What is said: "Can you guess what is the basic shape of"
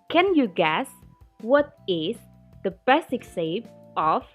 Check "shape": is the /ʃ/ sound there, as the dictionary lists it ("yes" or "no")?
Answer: no